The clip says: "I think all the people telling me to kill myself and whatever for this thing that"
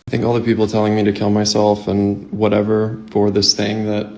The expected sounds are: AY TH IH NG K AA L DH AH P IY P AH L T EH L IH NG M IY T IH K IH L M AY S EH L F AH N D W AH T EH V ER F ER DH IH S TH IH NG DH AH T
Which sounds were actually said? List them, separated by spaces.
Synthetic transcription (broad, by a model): AY TH IH NG K AA L DH AH P IY P L T EH L IH NG M IY T IH K IH L M AY S EH L F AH N W AH T EH V ER F ER DH IH S TH IH NG DH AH T